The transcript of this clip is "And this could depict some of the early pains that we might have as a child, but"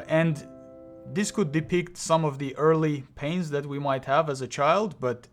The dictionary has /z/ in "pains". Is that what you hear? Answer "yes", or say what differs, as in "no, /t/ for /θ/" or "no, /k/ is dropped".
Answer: yes